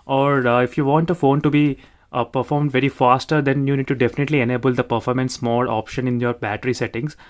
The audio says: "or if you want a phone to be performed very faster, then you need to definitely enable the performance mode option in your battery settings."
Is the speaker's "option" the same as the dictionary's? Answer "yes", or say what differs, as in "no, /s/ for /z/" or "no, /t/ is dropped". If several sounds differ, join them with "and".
yes